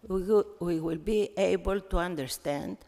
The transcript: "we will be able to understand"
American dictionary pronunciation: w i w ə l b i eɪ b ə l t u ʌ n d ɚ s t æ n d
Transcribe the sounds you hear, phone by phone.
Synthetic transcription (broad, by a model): w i w ə l b i eɪ b ə l t u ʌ n d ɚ s t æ n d